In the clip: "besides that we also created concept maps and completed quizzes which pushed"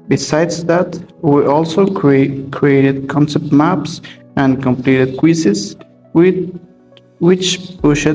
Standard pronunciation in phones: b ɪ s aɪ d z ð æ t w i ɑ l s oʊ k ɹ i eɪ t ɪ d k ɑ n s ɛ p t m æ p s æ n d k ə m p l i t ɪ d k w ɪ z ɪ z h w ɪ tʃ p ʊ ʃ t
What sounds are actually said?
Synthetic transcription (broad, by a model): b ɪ s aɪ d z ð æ t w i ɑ l s oʊ k ɹ i eɪ t ɪ d k ɑ n s ɛ p t m æ p s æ n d k ə m p l i t ɪ d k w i s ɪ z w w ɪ tʃ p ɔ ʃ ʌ